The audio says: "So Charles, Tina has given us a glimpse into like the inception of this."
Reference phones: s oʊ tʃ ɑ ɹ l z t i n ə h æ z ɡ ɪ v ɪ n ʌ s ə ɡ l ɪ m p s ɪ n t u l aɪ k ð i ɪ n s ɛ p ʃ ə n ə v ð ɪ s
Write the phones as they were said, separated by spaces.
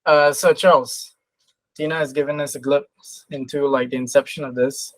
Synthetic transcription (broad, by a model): s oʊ tʃ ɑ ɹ l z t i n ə z ɡ ɪ v ɪ n ʌ s ə ɡ l ɪ p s ɪ n t u l aɪ k ð i ɪ n s ɛ p ʃ ə n ə v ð ɪ s